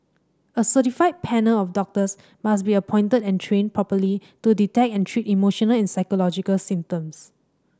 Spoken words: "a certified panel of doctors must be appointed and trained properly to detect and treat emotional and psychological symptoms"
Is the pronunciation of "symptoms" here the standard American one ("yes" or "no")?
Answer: no